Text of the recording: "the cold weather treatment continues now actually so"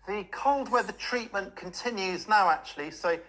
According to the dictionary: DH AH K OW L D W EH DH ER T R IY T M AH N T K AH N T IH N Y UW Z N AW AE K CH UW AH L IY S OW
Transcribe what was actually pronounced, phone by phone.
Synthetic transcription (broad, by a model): DH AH K OW L D W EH DH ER T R IY T M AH N K AH N T IH N Y UW Z N AW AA K CH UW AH L IY S OW